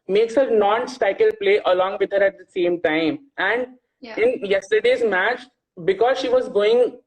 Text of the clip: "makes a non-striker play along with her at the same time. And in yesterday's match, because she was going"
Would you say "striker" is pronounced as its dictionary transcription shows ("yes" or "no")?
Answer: no